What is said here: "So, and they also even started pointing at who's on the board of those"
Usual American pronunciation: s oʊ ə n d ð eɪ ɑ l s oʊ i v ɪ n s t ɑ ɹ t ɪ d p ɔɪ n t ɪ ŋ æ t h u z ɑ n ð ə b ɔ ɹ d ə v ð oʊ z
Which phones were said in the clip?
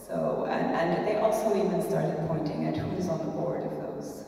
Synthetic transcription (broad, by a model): s oʊ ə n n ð eɪ ɑ l s oʊ i v ɪ n s t ɑ ɹ t ɪ d p ɔɪ n t ɪ ŋ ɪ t h u z n ð ə b ɔ ɹ d ə v ð oʊ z